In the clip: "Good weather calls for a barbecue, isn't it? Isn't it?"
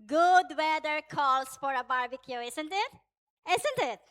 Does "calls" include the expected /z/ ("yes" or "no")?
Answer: no